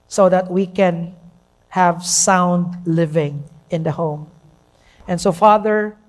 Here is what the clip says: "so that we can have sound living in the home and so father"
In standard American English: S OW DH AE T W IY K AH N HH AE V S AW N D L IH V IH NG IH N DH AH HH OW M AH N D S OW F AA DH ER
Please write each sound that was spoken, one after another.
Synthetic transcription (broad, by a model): S OW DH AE T W IY K AH N HH AE V S AW N D L IH V IH NG IH N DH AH HH OW M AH N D S OW F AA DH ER